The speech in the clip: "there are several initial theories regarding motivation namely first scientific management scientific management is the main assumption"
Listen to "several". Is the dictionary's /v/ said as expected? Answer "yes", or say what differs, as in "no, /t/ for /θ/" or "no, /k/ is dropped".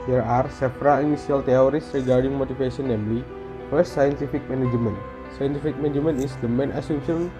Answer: no, /f/ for /v/